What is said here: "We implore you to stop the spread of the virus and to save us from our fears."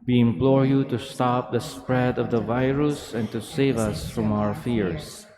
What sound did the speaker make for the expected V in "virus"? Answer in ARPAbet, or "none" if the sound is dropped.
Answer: V